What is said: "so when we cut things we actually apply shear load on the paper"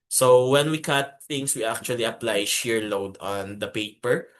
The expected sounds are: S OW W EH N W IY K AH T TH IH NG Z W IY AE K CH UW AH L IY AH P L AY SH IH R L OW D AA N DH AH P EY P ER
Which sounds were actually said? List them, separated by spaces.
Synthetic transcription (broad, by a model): S OW W EH N W IY K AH T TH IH NG S W IY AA K CH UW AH L IY AH P L AY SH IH R L OW D AA N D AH P EY P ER